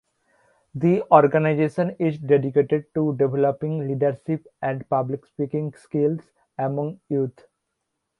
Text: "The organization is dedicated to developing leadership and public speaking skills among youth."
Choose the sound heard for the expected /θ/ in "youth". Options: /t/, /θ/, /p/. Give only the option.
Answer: /t/